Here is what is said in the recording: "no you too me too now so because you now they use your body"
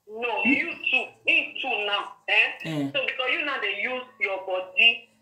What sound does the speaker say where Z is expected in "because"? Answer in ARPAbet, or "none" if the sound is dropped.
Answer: none